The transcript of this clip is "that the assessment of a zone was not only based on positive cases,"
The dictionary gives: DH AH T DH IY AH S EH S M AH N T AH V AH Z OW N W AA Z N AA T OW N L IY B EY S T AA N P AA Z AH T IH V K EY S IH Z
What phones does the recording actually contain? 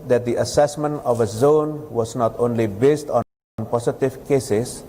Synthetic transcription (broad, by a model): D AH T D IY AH S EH S M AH N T AH V AH Z OW N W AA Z N AA T OW N L IY B EY S T AA N P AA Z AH T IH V K EY S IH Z